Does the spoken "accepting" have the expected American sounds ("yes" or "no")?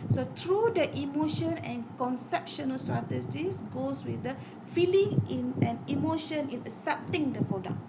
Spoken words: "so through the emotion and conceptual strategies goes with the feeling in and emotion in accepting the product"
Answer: no